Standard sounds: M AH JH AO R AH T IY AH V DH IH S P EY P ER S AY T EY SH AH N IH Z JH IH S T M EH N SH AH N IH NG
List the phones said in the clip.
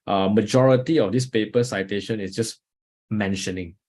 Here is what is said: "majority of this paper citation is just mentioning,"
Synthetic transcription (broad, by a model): M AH JH AO R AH T IY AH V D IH S P EY P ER S AY T EY SH AH N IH S JH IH S M EH N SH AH N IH NG